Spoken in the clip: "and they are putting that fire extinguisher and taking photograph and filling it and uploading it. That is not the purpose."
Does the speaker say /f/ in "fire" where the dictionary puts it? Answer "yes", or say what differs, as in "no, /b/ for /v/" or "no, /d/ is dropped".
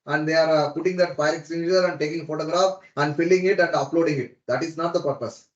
no, /p/ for /f/